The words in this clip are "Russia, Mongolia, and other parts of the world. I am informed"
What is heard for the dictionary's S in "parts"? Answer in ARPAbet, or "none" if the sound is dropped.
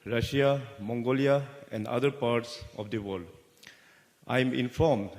S